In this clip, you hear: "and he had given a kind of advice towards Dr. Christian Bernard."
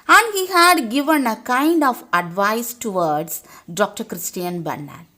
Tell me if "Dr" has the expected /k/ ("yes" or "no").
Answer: yes